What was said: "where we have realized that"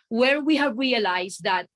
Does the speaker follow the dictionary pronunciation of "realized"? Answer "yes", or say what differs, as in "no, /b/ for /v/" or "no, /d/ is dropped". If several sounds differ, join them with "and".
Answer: no, /s/ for /z/